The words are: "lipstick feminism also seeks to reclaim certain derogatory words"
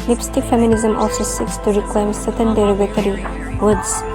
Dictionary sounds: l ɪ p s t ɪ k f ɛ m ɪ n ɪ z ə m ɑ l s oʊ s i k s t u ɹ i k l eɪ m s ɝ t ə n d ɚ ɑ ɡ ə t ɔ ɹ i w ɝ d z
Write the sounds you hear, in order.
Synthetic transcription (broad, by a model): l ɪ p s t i f ɛ m ɪ n ɪ z ə m ɑ l s oʊ s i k s t u ɹ i k l eɪ m s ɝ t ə n d ɚ ɑ ɡ ə t ɔ ɹ i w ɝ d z